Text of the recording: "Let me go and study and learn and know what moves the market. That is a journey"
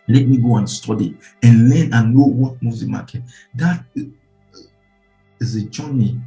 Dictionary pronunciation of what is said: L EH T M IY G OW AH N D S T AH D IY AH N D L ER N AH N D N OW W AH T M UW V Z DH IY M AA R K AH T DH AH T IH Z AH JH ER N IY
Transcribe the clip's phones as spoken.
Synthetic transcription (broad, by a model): L EH T M IY G OW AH N S T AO D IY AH N L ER N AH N N OW W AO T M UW Z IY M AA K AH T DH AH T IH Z AH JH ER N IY